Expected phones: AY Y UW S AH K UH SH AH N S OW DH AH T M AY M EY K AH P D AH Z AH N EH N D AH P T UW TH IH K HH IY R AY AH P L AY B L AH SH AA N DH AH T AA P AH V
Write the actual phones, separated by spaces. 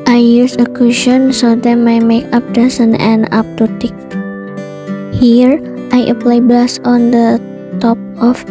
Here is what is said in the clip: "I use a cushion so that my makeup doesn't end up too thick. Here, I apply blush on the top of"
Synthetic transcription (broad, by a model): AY Y UW S AH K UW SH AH N S OW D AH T M AY M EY K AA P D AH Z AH N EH N AA P T UW T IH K HH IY R AY AH P L AY B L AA S AA N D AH T AA P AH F